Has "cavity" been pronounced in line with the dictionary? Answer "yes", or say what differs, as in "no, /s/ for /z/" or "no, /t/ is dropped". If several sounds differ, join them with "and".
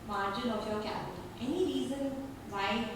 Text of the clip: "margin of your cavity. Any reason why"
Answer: no, /b/ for /v/